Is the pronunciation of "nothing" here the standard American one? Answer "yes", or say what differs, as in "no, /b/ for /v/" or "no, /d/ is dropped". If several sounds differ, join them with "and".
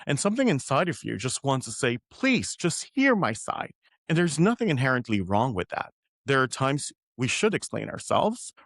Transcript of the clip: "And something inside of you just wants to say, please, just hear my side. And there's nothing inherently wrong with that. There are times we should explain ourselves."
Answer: yes